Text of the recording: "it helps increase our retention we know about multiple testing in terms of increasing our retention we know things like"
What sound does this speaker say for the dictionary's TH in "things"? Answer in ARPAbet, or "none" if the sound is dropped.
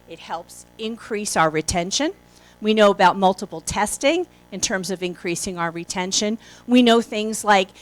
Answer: TH